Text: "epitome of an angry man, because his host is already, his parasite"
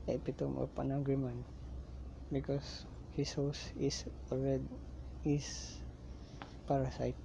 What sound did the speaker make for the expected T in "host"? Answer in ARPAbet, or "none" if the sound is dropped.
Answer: none